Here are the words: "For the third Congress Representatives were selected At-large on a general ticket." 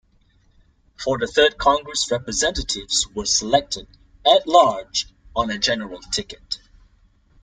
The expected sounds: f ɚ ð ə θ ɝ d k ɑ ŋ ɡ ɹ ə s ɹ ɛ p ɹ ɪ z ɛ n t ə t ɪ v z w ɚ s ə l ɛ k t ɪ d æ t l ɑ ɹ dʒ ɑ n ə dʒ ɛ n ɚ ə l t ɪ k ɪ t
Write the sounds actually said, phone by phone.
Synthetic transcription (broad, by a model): f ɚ ð ə θ ɝ d k ɑ ŋ ɡ ɹ ə s ɹ ɛ p ɹ ɪ z ɛ n t ə t ɪ v z w ɚ s ə l ɛ k t ɪ d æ t l ɑ ɹ dʒ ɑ n ə dʒ ɛ n ɚ ə l t ɪ k ɪ t